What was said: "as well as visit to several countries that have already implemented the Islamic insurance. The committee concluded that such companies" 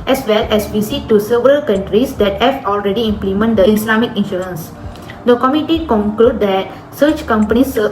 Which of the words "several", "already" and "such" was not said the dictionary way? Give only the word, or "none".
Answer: none